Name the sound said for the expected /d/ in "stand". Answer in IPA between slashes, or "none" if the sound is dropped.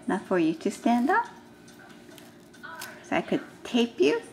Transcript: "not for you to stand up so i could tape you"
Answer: /d/